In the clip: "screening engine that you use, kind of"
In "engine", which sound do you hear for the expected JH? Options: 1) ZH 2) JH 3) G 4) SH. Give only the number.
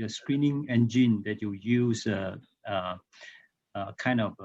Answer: 2